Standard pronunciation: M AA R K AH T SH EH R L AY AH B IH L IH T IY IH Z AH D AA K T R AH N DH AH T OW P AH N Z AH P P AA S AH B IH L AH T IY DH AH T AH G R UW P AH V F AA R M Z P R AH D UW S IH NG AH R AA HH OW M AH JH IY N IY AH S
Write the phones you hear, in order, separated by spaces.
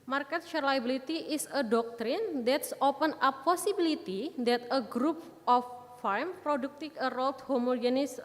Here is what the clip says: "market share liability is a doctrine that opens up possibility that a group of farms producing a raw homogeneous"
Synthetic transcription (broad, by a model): M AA R K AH T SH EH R L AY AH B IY L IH T IY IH S AH D AA K T R AH N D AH T OW P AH N AH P P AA S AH B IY L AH T IY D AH T AH G R UW P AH F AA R M P R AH D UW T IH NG AH R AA HH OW M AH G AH N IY S